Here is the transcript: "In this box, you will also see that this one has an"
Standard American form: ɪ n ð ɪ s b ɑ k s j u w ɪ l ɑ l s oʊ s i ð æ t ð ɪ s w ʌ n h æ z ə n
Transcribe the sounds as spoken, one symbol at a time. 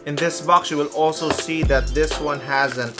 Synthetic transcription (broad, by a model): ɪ n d ɪ s b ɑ k s j u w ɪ l ɑ l s oʊ s i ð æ t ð ɪ s w ʌ n h æ z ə n